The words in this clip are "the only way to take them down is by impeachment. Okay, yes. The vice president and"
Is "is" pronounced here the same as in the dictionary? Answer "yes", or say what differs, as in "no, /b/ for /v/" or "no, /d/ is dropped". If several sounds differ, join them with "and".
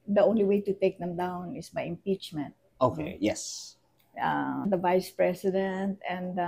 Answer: no, /s/ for /z/